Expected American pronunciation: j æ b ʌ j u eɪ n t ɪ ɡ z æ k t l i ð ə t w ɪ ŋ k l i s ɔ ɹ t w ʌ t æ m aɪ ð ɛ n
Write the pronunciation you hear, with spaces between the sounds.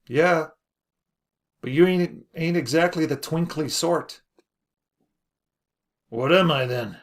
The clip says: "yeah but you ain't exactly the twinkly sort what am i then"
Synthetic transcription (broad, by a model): j æ b ʌ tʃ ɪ eɪ n t ɪ ɡ z æ k t l i ð ə t w ɪ ŋ k l i s ɔ ɹ t w ʌ t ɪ m aɪ ð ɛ n